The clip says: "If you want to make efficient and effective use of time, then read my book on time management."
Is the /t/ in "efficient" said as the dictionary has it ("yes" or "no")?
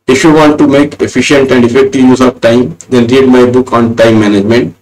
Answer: yes